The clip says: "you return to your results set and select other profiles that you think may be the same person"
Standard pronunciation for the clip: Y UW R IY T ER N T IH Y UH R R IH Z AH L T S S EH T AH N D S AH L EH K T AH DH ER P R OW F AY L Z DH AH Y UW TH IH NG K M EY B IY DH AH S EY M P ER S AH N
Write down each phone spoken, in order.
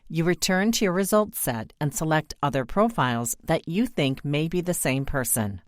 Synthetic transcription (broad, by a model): Y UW R IY T ER N T IH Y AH R R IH Z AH L T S S EH T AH N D S AH L EH K T AH DH ER P R OW F AY L Z DH AH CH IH TH IH NG K M EY B IY DH AH S EY M P ER S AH N